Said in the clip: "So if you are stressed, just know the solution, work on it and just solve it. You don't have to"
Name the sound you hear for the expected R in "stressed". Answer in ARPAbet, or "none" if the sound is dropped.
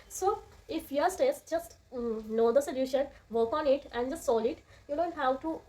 none